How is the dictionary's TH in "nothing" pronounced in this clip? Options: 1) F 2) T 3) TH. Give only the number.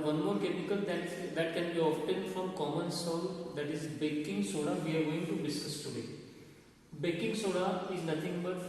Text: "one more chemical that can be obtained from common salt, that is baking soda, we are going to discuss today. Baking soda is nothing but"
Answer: 2